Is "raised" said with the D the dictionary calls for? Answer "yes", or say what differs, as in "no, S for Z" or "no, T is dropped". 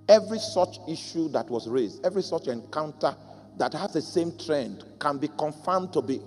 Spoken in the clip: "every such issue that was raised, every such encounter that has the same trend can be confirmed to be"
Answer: yes